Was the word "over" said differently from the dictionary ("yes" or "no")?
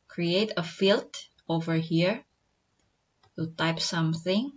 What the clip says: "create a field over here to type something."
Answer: no